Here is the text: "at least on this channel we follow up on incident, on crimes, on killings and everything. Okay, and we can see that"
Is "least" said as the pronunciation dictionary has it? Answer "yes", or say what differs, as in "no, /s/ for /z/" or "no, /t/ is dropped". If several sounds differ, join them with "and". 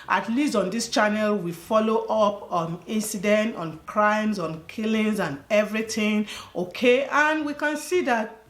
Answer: yes